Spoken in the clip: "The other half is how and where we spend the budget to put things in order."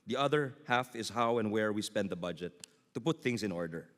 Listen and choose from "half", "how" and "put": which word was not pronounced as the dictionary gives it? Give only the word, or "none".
none